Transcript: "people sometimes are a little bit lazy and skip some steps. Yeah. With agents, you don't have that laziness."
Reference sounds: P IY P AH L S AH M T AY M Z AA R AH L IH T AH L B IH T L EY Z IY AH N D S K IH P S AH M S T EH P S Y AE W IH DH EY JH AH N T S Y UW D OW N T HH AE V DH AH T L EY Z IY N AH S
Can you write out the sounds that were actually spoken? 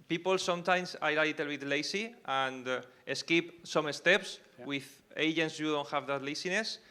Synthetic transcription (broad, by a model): P IY P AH L S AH M T AY M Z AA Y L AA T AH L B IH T L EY S IY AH N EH S K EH P S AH M S T EH P S W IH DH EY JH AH N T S Y UW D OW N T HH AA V DH AH T L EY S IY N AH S